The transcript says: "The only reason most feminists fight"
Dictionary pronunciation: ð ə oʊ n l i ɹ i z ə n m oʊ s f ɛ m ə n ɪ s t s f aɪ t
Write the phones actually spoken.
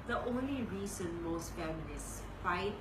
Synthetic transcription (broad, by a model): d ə oʊ n l i ɹ i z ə n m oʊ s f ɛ m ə l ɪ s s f aɪ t